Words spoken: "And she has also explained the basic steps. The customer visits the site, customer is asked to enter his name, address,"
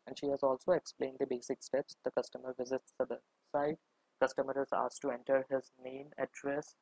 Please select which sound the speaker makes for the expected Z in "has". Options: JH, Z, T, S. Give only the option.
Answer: Z